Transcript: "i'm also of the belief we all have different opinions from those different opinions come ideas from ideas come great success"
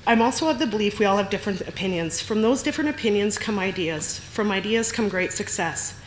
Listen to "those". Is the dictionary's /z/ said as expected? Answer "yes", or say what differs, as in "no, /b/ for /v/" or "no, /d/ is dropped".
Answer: yes